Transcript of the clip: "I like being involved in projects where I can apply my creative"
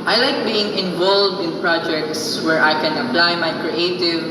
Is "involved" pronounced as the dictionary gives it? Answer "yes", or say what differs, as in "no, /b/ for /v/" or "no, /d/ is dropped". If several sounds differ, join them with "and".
yes